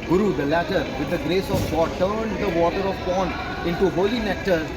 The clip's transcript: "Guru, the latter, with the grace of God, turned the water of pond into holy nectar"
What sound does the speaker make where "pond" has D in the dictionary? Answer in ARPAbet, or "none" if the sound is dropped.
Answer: none